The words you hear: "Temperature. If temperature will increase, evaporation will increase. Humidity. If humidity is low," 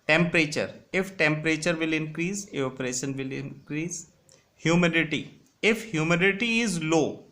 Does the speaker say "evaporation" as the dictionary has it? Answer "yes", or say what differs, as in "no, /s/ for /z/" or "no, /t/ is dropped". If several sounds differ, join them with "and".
no, /v/ is dropped